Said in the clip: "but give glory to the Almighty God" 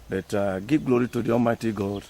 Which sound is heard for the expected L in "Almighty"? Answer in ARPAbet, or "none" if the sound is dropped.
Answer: none